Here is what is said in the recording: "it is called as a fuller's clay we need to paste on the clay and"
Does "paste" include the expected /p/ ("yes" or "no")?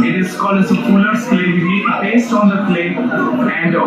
no